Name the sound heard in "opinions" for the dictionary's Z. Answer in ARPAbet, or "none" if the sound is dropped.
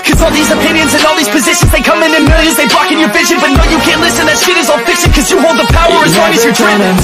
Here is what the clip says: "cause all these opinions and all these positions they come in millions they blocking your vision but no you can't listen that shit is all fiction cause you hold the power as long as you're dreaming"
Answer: Z